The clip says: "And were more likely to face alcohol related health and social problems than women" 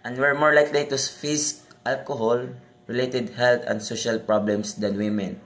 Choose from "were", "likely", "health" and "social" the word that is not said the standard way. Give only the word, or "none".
health